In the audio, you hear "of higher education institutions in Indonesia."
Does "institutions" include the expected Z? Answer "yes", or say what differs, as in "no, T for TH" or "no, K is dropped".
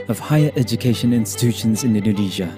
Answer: yes